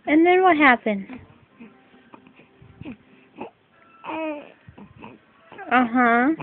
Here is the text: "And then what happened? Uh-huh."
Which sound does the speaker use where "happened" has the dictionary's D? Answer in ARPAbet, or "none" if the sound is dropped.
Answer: none